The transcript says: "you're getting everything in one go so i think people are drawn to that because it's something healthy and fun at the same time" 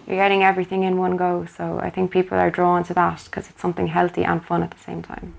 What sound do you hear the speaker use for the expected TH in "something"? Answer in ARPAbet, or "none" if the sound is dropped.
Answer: TH